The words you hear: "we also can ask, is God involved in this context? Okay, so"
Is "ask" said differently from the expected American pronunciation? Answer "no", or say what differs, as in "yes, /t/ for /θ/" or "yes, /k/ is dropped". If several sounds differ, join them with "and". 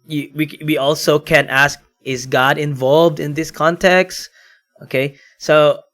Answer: no